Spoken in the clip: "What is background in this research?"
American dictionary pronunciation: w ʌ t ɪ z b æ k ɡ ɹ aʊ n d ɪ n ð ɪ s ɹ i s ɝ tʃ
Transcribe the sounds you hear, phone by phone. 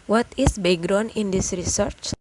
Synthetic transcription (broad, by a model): w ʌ t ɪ s b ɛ ɡ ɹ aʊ n ɪ n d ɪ s ɹ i s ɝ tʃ